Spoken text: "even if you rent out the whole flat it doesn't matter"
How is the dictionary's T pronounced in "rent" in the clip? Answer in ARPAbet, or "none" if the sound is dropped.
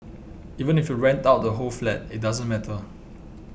T